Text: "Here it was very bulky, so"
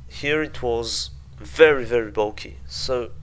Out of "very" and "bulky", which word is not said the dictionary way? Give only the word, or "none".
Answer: none